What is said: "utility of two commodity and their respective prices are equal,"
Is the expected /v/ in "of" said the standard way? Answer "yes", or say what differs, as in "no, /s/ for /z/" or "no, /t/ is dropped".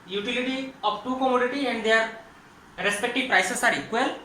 no, /p/ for /v/